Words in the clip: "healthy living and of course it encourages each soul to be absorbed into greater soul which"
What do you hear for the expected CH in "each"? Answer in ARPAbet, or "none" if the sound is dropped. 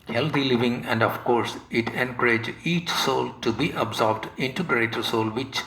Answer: CH